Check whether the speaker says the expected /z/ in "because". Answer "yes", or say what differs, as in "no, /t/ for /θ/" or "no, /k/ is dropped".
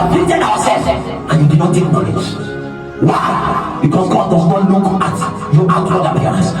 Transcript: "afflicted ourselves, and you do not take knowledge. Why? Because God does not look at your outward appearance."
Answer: no, /s/ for /z/